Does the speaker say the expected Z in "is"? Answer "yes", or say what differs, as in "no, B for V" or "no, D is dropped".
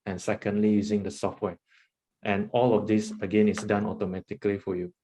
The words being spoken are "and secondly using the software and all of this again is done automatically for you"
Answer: no, S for Z